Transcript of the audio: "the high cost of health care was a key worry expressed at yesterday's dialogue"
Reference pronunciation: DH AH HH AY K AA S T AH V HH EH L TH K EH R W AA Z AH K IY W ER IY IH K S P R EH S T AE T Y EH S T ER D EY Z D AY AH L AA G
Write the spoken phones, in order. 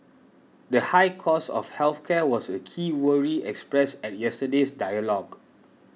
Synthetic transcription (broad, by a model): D AH HH AY K AA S AH F HH EH L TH K EH W AA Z AH K IY W ER IY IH K S P R EH S EH T Y EH S T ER D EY S D AY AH L AA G